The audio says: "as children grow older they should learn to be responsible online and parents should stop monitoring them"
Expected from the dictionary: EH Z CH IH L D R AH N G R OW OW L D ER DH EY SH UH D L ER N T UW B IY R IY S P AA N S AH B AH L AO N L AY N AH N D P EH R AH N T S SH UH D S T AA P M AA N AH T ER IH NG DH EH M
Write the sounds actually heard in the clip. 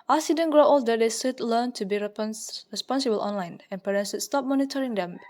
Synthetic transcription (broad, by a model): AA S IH D AH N G R OW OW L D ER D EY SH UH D L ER N T UW B IY R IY S P AA N S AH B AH L AO N L AY N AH N P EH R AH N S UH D S T AA P M AA N AH T ER IH NG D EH M